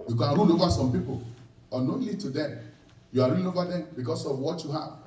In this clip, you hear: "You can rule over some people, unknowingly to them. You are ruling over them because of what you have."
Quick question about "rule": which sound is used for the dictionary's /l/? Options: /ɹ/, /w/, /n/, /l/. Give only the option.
/n/